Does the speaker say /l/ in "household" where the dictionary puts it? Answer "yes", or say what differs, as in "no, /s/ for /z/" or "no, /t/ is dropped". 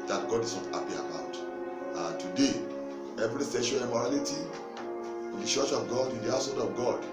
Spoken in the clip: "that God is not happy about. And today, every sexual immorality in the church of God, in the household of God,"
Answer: no, /n/ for /l/